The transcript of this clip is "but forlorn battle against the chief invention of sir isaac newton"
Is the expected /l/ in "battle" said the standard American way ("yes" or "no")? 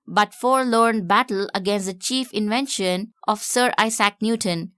yes